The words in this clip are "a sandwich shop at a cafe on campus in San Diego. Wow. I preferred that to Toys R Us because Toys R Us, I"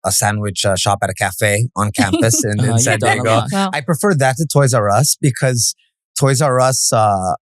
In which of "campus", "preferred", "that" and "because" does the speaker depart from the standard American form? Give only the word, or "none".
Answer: none